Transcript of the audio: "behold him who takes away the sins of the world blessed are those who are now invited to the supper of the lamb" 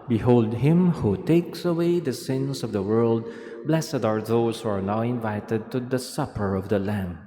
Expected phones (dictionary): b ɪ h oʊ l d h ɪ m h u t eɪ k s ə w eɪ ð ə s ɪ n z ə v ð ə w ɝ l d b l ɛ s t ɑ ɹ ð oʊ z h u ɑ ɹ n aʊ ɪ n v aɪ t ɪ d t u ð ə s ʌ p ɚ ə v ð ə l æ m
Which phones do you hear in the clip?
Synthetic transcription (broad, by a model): b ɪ h oʊ l d h ɪ m h u t eɪ k s ə w eɪ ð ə s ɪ n s ə v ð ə w ɝ l d b l ɛ s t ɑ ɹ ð oʊ s h u ɑ ɹ n aʊ ɪ n v aɪ t ɪ d t u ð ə s ʌ p ɚ ə v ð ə l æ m